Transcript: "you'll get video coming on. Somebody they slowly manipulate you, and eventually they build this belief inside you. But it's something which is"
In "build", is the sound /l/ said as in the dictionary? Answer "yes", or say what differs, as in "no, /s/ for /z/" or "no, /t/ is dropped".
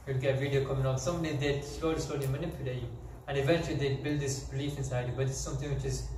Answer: yes